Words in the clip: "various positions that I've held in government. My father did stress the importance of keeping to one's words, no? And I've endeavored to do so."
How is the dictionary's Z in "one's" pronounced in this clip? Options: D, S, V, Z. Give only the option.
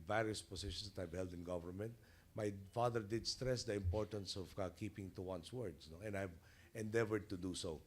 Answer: S